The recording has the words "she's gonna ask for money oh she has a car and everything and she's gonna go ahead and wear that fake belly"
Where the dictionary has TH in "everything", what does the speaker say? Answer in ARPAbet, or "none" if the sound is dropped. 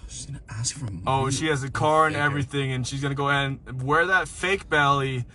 TH